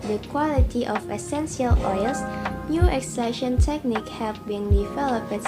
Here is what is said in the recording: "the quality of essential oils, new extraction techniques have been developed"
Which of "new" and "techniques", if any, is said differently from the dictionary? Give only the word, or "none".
techniques